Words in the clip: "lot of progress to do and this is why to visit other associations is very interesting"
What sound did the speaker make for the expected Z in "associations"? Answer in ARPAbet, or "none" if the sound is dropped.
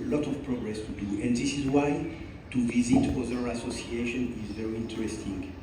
none